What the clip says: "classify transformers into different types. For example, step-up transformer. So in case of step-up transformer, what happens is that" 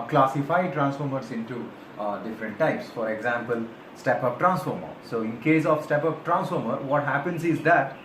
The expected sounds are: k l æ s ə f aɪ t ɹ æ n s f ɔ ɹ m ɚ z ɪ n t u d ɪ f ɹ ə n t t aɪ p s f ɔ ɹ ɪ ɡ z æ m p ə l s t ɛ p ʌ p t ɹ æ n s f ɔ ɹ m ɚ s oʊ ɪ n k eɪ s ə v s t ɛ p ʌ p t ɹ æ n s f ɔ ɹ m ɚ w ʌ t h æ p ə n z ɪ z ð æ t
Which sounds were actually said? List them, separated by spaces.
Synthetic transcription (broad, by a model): k l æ s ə f aɪ t ɹ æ n s f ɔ ɹ m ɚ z ɪ n t u d ɪ f ɹ ə n t t aɪ p s f ɔ ɹ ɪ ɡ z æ m p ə l s t ɛ p ʌ p t ɹ æ n s f ɔ ɹ m ɚ s oʊ ɪ n k eɪ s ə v s t ɛ p ʌ p t ɹ æ n s f ɔ ɹ m ɚ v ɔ t h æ p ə n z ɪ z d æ t